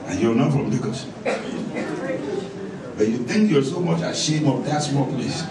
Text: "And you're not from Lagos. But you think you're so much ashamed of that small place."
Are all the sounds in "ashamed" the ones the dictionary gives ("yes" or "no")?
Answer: no